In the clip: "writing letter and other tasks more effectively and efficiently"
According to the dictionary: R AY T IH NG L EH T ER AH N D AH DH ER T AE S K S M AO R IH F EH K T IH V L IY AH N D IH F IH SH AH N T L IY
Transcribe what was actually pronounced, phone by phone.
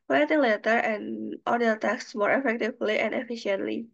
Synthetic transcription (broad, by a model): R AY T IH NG L EH T ER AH N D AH ER T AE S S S M AO R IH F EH K T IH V L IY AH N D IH F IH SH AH N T L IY